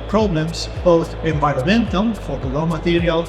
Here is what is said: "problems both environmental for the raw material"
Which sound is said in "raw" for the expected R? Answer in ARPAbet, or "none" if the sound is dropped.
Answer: L